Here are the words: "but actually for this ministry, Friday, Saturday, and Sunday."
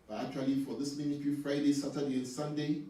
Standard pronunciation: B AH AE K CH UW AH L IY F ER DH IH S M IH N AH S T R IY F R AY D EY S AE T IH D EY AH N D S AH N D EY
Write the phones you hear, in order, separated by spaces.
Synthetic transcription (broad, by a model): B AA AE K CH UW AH L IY F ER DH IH S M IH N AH T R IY F R AY D EY S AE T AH D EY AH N S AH N D EY